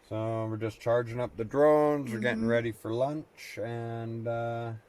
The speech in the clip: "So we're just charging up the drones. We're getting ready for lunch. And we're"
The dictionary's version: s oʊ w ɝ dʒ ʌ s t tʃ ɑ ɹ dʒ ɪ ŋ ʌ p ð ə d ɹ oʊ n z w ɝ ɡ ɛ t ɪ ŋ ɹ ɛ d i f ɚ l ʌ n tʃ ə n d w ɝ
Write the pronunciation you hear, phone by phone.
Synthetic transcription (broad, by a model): s oʊ w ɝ dʒ ʌ s tʃ ɑ ɹ dʒ ɪ ŋ ʌ p ð ə d ɹ oʊ n z w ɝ ɡ ɛ t ɪ ŋ ɹ ɛ d i f ɚ l ʌ n tʃ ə n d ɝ